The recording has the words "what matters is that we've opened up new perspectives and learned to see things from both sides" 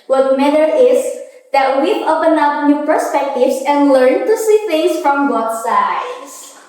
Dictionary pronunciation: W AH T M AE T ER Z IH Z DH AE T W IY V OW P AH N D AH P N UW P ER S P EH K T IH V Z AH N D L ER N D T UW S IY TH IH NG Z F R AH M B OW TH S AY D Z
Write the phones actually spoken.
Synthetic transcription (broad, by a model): W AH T M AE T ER IH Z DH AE T W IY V OW P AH N AH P N UW P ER S P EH K T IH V S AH N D L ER N T UW S IY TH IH NG S F R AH M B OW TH S AY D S